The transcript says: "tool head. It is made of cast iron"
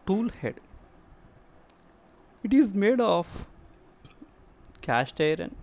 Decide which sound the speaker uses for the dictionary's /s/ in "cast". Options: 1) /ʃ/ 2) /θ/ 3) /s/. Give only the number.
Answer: 1